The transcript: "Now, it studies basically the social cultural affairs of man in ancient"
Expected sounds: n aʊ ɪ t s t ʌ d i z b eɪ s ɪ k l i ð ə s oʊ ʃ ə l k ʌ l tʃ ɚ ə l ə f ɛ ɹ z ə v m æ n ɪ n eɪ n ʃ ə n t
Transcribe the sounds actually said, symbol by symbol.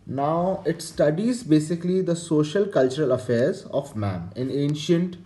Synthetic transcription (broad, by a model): n aʊ ɪ t s t ʌ d i z b eɪ s ɪ k l i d ə s oʊ ʃ ə l k ʌ l tʃ ɚ ə l ə f ɛ ɹ z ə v m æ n ɪ n eɪ n ʃ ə n t